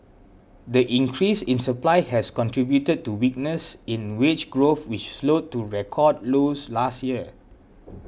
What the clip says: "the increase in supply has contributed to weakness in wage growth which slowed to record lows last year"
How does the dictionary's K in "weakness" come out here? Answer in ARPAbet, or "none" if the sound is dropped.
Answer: K